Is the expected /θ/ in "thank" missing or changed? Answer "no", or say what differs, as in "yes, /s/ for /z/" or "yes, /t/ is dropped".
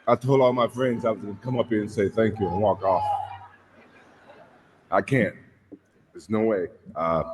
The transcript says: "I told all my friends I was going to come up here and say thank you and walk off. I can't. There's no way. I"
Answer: no